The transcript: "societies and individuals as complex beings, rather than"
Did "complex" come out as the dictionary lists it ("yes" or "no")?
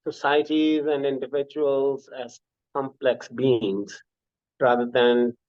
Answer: yes